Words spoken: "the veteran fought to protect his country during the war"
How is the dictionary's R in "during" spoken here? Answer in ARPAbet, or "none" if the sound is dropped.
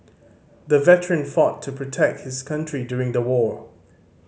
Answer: R